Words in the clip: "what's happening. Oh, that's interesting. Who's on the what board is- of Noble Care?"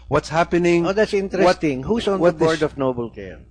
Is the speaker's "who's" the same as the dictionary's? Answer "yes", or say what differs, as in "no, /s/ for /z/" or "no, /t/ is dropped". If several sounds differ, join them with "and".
no, /s/ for /z/